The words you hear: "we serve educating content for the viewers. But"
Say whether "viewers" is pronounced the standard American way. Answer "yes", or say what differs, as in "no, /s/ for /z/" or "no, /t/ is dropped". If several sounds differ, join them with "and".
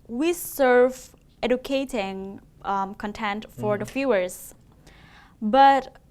no, /f/ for /v/